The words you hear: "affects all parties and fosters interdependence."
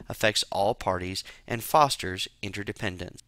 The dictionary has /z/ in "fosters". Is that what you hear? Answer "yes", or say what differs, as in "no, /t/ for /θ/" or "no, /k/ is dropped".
yes